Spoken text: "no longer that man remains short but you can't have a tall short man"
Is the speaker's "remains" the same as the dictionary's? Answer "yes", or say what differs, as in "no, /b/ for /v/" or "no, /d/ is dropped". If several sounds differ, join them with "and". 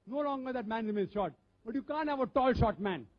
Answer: no, /n/ is dropped